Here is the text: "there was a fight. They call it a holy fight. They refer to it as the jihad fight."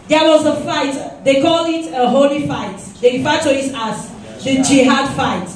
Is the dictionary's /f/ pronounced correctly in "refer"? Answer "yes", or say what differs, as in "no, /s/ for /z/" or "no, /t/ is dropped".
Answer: no, /f/ is dropped